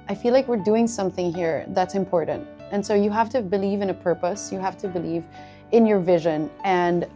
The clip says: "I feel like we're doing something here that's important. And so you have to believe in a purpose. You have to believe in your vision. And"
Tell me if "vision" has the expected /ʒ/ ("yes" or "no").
yes